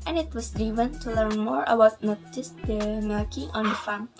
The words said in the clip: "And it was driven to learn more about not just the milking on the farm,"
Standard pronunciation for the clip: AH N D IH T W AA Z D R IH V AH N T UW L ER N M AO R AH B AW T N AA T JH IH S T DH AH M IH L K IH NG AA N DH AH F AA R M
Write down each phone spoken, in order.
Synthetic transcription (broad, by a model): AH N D IH T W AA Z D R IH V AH N T UW L ER N M AO R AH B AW T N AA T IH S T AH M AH K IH AA N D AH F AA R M